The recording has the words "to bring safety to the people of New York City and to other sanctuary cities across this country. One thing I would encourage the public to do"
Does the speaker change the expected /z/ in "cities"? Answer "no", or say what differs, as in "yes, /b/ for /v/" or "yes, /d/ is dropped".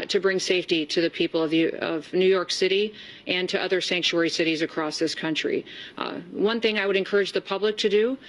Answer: no